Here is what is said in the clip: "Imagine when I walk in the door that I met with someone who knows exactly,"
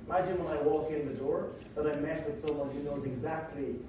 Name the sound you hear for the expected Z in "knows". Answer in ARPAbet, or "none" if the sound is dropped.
Z